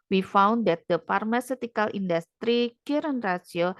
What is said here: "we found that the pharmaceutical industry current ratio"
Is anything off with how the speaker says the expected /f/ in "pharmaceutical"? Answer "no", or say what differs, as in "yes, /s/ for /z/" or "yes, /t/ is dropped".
yes, /p/ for /f/